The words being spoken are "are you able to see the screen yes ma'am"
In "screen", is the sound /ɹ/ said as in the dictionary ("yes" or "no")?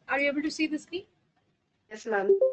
no